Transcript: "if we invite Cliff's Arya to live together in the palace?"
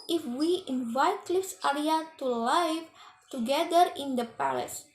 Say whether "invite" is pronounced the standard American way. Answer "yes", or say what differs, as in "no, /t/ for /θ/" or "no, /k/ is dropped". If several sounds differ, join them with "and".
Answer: yes